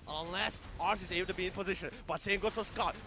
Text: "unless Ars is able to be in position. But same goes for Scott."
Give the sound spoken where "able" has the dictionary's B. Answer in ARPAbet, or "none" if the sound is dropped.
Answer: none